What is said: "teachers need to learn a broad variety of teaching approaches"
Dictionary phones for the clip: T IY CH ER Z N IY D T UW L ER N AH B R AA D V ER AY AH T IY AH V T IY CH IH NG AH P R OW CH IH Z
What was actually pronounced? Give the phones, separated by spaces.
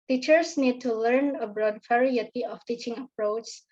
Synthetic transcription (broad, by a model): T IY CH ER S N IY D T UW L ER N AH B R AA D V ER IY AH T IY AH F T IY CH IH NG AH P R OW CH